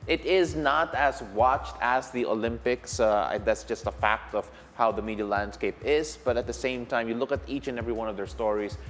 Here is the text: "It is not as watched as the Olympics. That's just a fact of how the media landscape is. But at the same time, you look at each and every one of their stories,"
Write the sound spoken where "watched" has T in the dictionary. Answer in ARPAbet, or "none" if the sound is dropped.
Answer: T